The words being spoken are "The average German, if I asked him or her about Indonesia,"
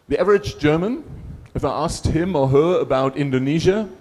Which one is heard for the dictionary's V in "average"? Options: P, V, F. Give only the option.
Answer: V